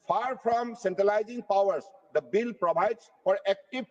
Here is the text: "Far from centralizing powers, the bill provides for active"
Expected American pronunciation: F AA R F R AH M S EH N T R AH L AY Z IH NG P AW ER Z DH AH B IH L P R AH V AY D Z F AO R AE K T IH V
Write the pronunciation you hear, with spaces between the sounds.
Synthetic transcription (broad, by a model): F AA R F R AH M S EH N T R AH L AY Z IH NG P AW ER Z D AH B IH L P R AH B AY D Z F AO R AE K T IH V